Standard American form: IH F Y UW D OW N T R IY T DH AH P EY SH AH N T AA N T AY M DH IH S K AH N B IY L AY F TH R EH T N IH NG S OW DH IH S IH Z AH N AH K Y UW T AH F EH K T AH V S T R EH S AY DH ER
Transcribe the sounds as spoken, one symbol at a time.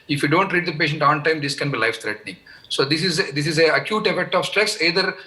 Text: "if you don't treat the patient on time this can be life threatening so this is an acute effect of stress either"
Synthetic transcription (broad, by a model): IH F Y UW D OW N T R IY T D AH P EY SH AH N T AA N T AY M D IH S K AH N B IY L AY F T R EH T N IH NG S OW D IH S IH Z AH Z AH K Y UW T AH F EH K T AH V S T R EH S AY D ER